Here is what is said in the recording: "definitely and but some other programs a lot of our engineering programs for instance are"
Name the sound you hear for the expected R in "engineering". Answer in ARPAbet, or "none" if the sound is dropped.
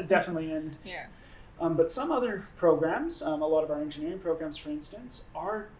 R